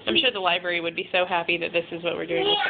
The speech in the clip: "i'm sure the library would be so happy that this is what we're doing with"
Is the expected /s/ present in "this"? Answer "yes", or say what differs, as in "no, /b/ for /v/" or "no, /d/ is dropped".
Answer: yes